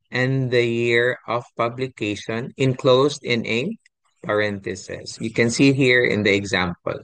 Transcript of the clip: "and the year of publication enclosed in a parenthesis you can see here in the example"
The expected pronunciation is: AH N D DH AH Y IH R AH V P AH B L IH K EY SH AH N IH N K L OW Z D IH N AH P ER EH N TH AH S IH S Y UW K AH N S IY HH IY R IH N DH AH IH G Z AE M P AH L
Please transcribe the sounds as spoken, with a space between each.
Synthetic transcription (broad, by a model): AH N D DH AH Y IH R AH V P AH B L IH K EY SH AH N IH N K L OW S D IH N AH P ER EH N T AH S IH S Y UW K AH N S IY HH IY R IH N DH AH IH G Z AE M P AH L